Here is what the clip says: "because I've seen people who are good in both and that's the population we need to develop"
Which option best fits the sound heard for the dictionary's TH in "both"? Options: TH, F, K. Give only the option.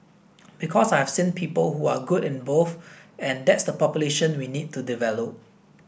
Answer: F